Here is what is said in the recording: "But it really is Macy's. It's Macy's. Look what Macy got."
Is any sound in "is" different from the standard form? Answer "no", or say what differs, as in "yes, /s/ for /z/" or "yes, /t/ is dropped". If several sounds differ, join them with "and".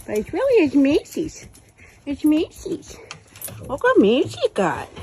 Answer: yes, /s/ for /z/